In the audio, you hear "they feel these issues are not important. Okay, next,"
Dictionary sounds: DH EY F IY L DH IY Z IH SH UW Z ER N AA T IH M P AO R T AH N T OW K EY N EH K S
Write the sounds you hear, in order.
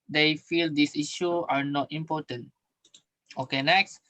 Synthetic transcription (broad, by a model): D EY F IY L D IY S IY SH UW AA N AA T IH M P AO T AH N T OW K EY N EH K S